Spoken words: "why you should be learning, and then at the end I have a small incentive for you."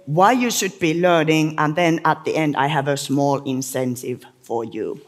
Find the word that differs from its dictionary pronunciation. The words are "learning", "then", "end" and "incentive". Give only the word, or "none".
none